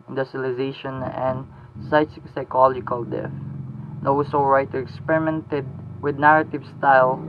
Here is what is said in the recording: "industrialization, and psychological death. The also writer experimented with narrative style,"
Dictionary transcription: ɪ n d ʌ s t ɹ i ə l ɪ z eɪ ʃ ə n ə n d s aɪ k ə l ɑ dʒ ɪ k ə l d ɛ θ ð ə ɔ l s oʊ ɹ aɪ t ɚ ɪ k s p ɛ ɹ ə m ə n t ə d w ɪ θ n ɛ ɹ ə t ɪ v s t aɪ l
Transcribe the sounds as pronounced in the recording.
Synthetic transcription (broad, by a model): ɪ n d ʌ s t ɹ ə l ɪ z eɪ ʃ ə n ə n d s aɪ k ə l ɑ dʒ ɪ k ə l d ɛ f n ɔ w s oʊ ɹ aɪ t ɚ ɪ k s p ɛ ɹ ə m ə n t ə d w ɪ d n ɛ ɹ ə t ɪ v s t aɪ l